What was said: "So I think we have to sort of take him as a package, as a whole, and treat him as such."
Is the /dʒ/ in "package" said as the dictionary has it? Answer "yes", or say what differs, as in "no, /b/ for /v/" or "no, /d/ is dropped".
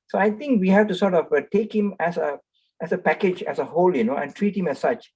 yes